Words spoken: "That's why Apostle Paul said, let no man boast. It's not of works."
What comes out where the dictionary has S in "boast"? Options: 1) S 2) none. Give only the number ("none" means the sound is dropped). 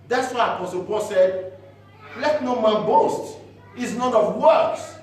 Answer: 1